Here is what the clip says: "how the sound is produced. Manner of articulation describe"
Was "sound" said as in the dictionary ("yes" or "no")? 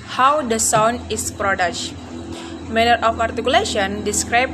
no